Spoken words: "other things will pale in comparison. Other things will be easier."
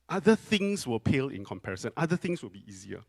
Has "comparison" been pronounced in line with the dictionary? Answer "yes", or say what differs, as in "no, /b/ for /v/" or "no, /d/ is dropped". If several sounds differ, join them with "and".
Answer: yes